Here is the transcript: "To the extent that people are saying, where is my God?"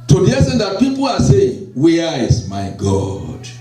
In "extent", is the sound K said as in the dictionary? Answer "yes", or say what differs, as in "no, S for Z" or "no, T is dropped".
no, K is dropped